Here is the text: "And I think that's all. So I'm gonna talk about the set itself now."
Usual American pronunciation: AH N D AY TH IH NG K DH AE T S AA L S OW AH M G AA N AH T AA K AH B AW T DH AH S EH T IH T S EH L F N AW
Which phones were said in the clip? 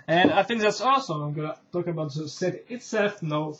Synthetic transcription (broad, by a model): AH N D AY TH IH NG K DH AE T S AA L S OW AH M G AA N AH T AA K AH B AW T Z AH S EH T IH T S EH L F N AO